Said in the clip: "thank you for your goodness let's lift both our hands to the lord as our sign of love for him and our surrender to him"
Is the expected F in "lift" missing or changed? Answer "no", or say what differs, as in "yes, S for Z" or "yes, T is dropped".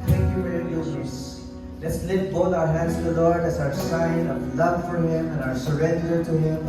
yes, F is dropped